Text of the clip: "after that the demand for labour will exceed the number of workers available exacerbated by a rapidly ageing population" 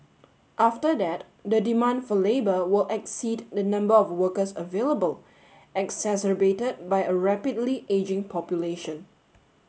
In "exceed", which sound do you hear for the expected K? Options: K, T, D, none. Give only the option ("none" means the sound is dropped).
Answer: K